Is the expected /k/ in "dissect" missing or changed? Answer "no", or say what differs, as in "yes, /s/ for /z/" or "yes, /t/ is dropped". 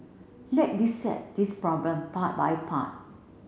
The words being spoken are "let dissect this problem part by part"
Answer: yes, /k/ is dropped